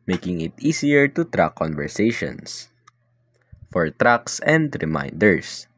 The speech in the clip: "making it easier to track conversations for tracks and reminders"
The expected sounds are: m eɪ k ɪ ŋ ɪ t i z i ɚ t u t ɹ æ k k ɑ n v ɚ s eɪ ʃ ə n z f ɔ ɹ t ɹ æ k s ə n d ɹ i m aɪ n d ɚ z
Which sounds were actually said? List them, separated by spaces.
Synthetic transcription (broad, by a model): m eɪ k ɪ ŋ ɪ t i s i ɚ t u t ɹ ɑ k k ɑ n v ɚ s eɪ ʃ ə n s f ɔ ɹ t ɹ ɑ k s ə n d ɹ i m aɪ n d ɚ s